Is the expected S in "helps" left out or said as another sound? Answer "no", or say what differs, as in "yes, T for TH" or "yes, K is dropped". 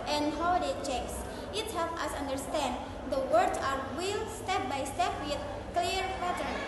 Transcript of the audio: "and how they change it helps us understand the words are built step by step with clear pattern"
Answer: yes, S is dropped